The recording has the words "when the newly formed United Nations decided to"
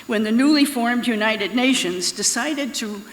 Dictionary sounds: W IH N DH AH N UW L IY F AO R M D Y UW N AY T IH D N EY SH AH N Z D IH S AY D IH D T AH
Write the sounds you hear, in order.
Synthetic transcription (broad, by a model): W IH N DH AH N UW L IY F AO R M D Y UW N AY T IH D N EY SH AH N Z D IH S AY D IH D T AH